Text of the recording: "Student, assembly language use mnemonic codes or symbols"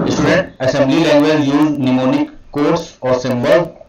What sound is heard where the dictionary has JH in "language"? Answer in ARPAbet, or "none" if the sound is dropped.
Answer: Z